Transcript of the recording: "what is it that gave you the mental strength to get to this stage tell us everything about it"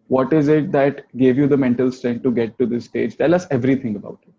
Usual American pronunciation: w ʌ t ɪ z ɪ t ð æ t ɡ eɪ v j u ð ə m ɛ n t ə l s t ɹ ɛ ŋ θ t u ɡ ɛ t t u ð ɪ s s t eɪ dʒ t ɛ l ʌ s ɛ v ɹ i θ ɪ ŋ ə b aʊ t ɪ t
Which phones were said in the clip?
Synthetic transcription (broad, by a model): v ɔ t ɪ z ɪ t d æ t ɡ eɪ v j u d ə m ɛ n t ə l s t ɹ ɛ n t u ɡ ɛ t t u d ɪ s s t eɪ dʒ t ɛ l ʌ s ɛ v ɹ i t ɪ ŋ ə b aʊ t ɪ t